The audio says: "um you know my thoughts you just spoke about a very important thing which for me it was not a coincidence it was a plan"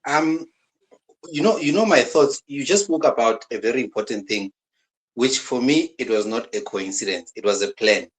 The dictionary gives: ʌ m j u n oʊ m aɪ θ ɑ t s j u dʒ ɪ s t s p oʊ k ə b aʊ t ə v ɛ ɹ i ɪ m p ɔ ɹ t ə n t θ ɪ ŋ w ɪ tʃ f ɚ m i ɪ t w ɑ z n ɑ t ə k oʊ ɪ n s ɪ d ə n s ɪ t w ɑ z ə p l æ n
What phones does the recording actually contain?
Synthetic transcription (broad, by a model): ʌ m j u n oʊ m aɪ θ ɑ t s j u dʒ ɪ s s p oʊ k ə b aʊ t ə v ɛ ɹ i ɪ m p ɔ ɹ t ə n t θ ɪ ŋ w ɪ tʃ f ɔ m i ɪ t w ɑ z n ɑ t ə k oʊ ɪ n s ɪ d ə n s ɪ t w ɑ z ə p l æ n